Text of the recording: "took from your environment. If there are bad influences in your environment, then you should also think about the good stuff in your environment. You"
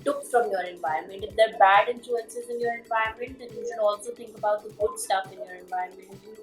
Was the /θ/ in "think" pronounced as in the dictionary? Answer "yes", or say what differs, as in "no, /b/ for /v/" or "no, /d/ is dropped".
no, /t/ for /θ/